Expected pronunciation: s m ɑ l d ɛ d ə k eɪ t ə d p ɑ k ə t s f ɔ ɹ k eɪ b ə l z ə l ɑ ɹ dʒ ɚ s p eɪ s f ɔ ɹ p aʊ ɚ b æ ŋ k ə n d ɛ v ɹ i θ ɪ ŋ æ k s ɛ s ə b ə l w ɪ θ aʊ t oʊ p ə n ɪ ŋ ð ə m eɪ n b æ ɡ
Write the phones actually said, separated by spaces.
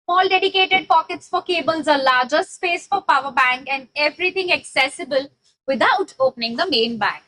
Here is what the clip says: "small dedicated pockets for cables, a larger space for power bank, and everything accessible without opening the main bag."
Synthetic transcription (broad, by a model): m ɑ l d ɛ d ə k eɪ t ə d p ɑ k ə t s f ɔ ɹ k eɪ b ə l z ə l ɑ ɹ dʒ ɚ s p eɪ s f ɔ ɹ p aʊ ɚ b æ ŋ k ə n d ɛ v ɹ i t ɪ ŋ æ k s ɛ s ə b ə l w ɪ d aʊ t oʊ p ə n ɪ ŋ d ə m eɪ n b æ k